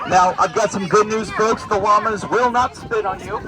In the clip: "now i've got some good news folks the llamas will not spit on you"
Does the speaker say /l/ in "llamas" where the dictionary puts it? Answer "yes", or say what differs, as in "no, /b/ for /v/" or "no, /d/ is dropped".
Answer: no, /w/ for /l/